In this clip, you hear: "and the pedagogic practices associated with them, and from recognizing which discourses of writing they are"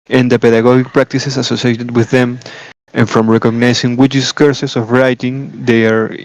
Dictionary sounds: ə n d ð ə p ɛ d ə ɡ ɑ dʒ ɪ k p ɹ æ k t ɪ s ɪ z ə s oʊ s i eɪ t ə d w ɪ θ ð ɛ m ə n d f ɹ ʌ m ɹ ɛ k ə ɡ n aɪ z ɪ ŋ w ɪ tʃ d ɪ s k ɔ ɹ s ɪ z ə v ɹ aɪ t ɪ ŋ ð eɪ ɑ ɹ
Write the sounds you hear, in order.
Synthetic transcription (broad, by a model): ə n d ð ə p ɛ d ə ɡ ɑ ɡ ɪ k p ɹ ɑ k t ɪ s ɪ s ə s oʊ s i eɪ t ə d w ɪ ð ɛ m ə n f ɹ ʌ m ɹ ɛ k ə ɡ n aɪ s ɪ ŋ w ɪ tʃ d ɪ s k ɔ ɹ s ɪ s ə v ɹ aɪ t ɪ ŋ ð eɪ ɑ ɹ